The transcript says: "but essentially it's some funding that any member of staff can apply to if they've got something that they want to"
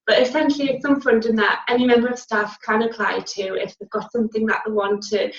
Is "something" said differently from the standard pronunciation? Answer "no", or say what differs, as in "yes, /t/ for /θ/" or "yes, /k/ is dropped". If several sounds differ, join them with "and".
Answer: no